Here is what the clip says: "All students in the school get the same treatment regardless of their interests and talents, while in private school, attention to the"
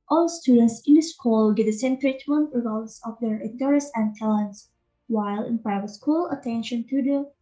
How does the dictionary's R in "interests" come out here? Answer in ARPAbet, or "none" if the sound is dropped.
none